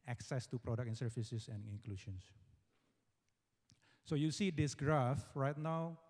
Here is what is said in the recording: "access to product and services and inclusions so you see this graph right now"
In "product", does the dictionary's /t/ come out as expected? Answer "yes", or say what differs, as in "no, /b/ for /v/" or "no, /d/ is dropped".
no, /t/ is dropped